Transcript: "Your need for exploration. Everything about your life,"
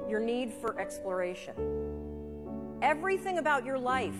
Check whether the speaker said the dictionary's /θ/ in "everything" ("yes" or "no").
yes